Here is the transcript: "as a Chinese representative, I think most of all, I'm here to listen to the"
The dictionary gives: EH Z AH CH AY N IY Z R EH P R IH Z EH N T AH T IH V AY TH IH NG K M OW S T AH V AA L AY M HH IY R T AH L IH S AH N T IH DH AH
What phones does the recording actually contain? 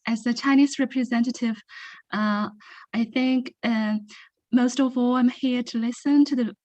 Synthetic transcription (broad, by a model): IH Z AH CH AY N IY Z R EH P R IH Z EH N T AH T IH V AY TH IH NG K M OW S T AH V AA L AY M HH IY R T AH L IH S AH N T IH DH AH